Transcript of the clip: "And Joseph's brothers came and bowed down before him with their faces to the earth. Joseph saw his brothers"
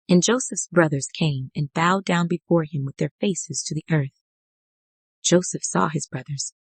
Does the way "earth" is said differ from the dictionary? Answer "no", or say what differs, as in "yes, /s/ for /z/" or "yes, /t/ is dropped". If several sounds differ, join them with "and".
no